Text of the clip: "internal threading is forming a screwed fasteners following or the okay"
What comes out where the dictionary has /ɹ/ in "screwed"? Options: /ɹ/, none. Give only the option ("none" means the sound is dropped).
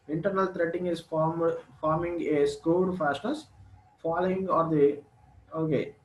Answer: none